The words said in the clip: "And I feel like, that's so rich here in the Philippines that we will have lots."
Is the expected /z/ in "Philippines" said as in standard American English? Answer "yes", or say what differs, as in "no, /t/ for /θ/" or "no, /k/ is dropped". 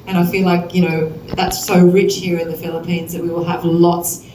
yes